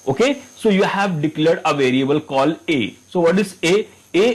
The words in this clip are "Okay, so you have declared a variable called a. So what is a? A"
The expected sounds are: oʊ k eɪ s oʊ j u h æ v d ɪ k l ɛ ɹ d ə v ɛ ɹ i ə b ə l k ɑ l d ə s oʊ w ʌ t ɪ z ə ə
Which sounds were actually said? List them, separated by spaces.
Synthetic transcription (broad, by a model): oʊ k eɪ s oʊ j u h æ v d ɪ k l ɛ ɹ d ə v ɛ ɹ i ə b ə l k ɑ l ə s oʊ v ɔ t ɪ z ə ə